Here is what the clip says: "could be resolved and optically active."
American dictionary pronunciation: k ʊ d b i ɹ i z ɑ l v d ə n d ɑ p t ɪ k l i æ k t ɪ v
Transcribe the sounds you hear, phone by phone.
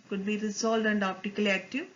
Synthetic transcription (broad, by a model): k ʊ d b i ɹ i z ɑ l d ə n d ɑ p t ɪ k l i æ k t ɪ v